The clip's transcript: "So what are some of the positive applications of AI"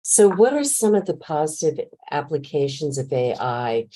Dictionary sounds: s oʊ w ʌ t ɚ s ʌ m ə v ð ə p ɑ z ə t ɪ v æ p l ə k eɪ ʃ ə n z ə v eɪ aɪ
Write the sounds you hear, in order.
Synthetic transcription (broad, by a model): s oʊ w ʌ t ɚ s ʌ m ə v ð ə p ɑ z ə t ɪ v æ p l ə k eɪ ʃ ə n z ə v eɪ aɪ